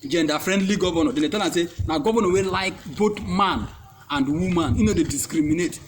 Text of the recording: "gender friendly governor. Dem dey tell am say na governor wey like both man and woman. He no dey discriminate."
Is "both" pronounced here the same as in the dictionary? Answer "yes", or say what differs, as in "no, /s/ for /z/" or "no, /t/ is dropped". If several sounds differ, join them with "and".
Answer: no, /t/ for /θ/